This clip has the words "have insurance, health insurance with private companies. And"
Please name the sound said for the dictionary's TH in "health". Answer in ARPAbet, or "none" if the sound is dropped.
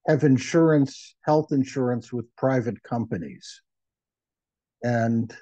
TH